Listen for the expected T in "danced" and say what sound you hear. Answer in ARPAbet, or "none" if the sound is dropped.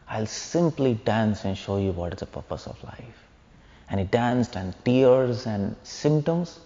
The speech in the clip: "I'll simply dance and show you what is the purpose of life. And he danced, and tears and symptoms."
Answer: T